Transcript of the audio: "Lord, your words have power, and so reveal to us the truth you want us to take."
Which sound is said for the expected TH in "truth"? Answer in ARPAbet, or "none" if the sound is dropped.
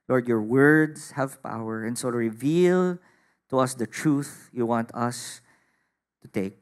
TH